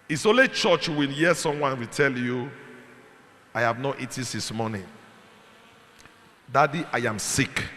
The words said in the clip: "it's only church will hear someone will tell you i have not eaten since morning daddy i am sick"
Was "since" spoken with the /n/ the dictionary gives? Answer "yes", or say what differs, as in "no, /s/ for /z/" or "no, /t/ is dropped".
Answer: no, /n/ is dropped